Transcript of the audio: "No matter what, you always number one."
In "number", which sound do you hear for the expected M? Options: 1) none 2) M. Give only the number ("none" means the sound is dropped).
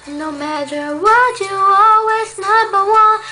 1